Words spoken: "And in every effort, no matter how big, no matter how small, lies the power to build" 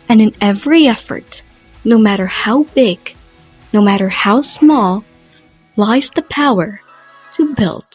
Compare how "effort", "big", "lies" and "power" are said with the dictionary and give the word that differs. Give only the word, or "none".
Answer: none